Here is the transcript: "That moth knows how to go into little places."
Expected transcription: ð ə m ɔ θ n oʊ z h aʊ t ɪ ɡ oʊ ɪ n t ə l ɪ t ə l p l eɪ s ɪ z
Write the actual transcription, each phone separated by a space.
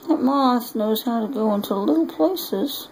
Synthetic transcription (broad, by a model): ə m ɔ s n oʊ z h aʊ t ɪ ɡ oʊ ɪ n t ə l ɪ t l p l eɪ s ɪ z